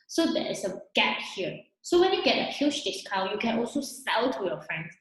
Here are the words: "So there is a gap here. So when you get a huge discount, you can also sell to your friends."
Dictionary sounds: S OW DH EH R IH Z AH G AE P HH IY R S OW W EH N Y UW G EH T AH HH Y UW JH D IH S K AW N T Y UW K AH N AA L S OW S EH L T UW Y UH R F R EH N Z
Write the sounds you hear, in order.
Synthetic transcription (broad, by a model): S OW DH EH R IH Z AH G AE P HH IY R S OW W EH N Y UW G EH T AH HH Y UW SH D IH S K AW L Y UW K AH N AA L S OW S EH L T UW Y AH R F R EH N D